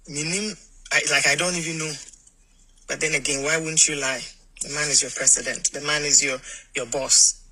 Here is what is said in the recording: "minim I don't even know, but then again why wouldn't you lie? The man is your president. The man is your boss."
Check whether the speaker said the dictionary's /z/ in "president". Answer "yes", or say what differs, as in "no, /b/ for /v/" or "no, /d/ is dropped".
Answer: no, /s/ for /z/